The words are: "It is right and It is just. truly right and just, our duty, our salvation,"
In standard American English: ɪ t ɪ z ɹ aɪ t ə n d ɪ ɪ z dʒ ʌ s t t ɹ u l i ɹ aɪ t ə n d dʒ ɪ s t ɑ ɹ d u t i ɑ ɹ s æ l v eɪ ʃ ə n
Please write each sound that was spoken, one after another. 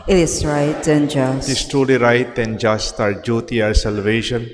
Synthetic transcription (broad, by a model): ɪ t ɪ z ɹ aɪ t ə n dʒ ɪ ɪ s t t ɔ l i ɹ aɪ t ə n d dʒ ɪ s t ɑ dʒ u t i ɑ ɹ s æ l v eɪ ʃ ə n